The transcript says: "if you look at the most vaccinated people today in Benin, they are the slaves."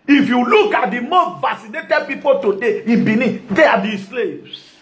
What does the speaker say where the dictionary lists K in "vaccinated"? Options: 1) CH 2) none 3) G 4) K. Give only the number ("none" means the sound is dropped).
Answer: 2